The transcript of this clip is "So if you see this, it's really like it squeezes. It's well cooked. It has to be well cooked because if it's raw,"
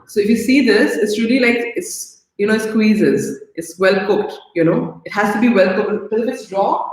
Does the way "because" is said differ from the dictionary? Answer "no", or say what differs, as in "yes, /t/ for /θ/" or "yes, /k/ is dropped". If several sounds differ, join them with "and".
yes, /k/ is dropped